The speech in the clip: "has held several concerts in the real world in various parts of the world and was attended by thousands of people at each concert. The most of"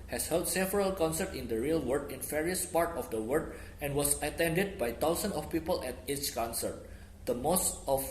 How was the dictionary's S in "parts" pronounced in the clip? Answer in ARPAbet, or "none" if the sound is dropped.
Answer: none